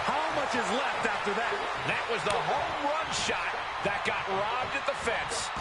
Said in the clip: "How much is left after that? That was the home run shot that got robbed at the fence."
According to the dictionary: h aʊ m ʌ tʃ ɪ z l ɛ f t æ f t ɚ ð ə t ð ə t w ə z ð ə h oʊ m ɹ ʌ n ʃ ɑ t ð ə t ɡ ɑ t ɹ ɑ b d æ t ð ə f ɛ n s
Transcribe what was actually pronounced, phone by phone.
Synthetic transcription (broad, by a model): h aʊ m ʌ tʃ ɪ z l ɛ f t æ f t ɚ ð ə t ð ə t w ə z ð ə h oʊ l ɹ ʌ n ʃ ɑ t ð ə t ɡ ɑ t ɹ ɑ b d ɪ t ð ə f ɛ n s